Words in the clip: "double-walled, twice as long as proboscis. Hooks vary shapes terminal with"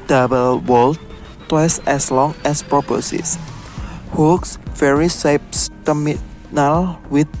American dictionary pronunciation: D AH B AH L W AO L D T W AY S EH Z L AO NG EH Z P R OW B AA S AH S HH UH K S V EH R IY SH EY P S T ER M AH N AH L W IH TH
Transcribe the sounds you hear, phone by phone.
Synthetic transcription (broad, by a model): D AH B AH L W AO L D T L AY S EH S L AO NG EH S P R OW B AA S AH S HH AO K S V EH R IY S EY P S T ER M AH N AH L W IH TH